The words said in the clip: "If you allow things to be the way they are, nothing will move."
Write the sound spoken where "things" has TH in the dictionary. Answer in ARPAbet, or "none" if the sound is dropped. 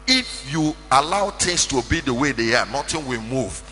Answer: T